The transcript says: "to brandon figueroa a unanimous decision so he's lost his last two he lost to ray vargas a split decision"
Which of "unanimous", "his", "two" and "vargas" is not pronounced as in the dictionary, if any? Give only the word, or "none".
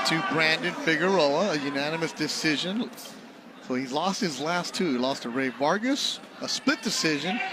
none